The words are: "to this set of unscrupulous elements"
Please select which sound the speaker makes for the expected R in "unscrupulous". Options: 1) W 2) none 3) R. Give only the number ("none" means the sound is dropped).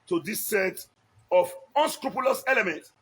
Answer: 3